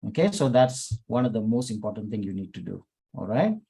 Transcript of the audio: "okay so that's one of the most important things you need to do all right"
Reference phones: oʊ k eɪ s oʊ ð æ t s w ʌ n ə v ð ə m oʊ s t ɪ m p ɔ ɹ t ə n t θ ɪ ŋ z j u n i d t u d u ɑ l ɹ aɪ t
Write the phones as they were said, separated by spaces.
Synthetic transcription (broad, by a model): oʊ k eɪ s oʊ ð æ t s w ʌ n ə v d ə m oʊ s t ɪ m p ɔ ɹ t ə n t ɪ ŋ j u n i d t u d u ɑ l ɹ aɪ t